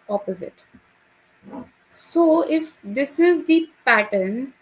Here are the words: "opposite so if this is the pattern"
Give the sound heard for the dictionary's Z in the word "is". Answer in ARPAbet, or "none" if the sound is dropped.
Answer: Z